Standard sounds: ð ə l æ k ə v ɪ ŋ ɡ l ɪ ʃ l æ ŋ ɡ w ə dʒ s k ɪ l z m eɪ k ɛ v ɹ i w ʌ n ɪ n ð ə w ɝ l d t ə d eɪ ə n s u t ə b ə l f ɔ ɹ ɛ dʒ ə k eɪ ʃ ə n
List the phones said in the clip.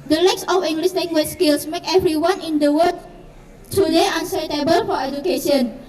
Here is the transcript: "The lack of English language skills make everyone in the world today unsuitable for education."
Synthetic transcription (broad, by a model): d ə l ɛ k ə f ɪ ŋ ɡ l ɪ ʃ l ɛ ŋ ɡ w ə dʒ s k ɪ l s m eɪ k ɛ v ɹ i w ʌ n ɪ n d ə w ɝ d t ə d eɪ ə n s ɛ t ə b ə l f ɔ ɹ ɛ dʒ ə k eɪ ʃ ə n